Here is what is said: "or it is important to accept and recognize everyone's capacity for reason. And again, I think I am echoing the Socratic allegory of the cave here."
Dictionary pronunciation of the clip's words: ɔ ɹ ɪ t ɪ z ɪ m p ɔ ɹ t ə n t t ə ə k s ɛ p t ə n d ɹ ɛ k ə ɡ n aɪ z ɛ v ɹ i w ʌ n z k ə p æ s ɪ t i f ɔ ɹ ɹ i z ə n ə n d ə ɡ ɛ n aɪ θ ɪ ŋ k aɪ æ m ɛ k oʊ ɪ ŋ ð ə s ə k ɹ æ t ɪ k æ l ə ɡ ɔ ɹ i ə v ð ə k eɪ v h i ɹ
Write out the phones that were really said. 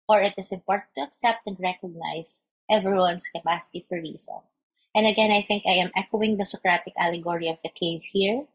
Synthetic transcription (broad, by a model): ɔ ɹ ɪ t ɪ s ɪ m p ɔ ɹ t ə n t t ə ə k s ɛ p t ə n d ɹ ɛ k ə ɡ n aɪ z ɛ v ɹ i w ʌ n s k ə p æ s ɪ t i f ɔ ɹ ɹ i s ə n ə n d ə ɡ ɛ n aɪ θ ɪ ŋ k aɪ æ m ɛ k oʊ ɪ ŋ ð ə s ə k ɹ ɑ t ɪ k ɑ l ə ɡ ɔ ɹ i ə v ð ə k eɪ v h i ɹ